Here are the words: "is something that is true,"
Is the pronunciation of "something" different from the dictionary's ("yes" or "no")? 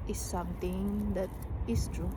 yes